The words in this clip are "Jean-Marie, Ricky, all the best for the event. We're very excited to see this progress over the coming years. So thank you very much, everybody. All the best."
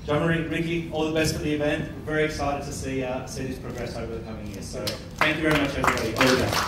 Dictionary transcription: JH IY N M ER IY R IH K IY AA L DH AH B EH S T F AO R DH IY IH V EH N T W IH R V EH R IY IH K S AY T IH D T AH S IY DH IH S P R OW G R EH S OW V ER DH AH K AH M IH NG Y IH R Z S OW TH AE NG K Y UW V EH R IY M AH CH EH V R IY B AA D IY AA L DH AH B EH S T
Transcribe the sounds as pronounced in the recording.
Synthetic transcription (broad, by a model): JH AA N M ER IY R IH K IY AA L DH AH B EH S T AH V DH IY IH V EH N T W IH R V EH R IY IH K S AY T IH D T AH S IY DH IH S P R OW G R EH S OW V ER DH AH K AH M IH NG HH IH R S OW TH AE NG K Y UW V EH R IY M AH CH EH V R IY B AA D IY AA L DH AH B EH